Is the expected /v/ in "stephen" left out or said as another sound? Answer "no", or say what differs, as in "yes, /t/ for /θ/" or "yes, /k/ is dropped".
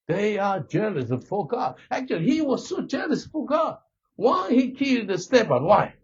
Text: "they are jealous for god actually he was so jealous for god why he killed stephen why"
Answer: yes, /b/ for /v/